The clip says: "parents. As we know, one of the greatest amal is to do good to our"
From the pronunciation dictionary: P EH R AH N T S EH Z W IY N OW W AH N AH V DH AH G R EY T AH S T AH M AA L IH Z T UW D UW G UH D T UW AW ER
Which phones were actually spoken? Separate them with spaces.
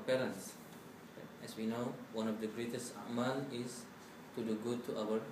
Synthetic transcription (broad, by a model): P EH R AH N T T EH S W IY N OW W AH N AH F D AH G R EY T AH S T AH M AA N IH S T UW D UW G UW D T UW AW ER